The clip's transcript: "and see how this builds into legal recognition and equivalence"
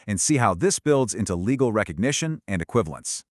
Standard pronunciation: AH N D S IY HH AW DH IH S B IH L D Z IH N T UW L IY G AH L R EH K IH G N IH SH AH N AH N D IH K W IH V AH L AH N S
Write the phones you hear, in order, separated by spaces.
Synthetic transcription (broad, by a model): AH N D S IY HH AW DH IH S B IH L D Z IH N T UW L IY G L R EH K IH G N IH SH AH N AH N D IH K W IH V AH L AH N S